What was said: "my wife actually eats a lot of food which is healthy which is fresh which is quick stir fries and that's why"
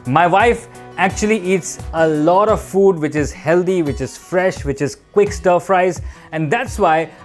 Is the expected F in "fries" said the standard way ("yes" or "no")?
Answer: yes